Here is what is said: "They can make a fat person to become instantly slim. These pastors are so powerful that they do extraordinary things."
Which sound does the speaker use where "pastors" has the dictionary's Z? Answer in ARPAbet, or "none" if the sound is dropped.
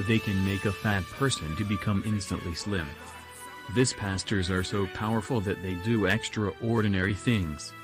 Z